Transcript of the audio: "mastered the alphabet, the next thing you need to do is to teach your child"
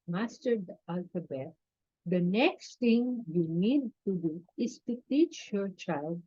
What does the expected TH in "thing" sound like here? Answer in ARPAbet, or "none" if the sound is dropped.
T